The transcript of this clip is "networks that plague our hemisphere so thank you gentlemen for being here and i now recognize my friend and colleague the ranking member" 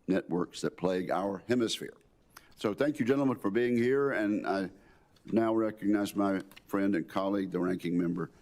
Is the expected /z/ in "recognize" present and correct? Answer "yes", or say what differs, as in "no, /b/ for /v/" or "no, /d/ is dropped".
yes